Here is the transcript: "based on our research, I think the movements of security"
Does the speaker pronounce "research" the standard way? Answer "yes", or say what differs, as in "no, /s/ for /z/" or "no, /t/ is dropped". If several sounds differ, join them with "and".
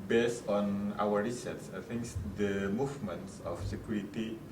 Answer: no, /s/ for /tʃ/